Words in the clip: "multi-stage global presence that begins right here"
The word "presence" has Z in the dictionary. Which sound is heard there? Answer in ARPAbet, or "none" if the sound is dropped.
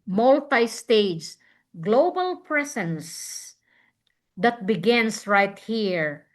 S